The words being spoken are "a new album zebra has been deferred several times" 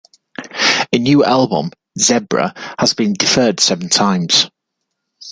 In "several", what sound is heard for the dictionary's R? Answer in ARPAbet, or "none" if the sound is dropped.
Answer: none